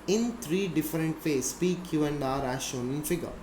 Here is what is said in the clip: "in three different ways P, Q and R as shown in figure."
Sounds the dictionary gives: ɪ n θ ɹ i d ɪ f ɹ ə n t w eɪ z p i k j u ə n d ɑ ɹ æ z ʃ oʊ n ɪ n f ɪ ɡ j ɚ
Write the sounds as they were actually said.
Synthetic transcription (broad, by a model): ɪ n t ɹ i d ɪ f ɹ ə n t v eɪ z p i k j u ə n d ɑ ɹ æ ʃ oʊ n ɪ n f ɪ ɡ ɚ